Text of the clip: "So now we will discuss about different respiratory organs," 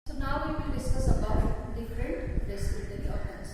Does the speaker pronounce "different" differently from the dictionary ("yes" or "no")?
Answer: yes